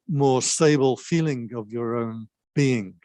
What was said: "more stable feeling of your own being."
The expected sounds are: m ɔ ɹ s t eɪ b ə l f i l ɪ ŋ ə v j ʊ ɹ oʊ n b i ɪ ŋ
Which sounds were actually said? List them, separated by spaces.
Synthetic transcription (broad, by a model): m ɔ ɹ s t eɪ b ə l f i l ɪ ŋ ə v j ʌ ɹ oʊ n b i ɪ ŋ